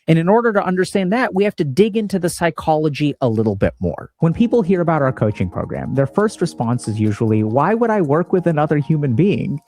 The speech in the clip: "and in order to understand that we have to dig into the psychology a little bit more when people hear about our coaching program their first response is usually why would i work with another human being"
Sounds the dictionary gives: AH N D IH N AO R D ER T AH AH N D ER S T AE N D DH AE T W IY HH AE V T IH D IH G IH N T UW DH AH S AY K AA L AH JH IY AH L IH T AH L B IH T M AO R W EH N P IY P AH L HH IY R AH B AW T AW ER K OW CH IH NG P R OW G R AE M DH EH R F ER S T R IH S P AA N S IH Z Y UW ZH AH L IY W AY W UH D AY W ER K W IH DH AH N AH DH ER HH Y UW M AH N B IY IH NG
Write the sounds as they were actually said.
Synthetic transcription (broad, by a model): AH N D IH N AO R D ER T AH AH N D ER S T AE N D DH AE T W IY HH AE F T IH D IH G IH N T UW DH AH S AY K AA L AH JH IY AH L IH T L B IH T M AO R W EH N P IY P L HH IY R AH B AW T AW ER K OW CH IH NG P R OW G R AE M DH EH R F ER S T R IH S P AA N S IH Z Y UW ZH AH L IY W AY W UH D AY W ER K W IH DH AH N AH DH ER HH Y UW M AH N B IY IH NG